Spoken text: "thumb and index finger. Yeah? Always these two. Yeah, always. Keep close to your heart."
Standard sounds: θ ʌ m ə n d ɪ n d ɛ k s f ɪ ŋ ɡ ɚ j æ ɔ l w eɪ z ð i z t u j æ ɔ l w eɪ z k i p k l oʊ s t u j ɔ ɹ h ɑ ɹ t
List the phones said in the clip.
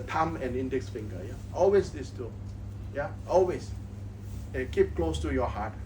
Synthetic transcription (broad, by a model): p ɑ m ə n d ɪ n d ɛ k s f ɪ ŋ ɡ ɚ j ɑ ɔ l w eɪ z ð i s t u j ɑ ɔ l w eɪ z k i p k l oʊ s t u j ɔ h ɑ t